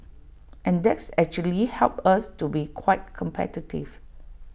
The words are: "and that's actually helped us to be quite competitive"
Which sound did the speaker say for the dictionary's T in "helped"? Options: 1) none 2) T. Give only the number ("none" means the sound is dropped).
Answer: 1